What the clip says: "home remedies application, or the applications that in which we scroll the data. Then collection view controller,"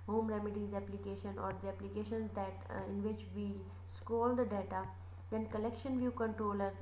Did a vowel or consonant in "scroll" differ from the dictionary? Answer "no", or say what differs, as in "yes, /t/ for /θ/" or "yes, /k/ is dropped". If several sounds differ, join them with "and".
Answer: yes, /ɹ/ is dropped